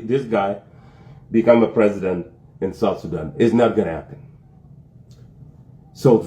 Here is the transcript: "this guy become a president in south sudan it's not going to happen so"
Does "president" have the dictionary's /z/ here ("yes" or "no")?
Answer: yes